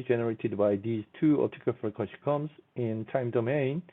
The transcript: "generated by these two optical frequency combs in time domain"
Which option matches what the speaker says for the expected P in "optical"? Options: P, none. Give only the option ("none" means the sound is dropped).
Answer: none